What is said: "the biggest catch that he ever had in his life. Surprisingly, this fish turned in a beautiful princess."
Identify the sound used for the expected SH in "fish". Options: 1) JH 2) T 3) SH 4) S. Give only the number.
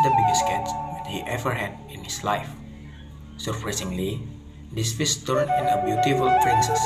4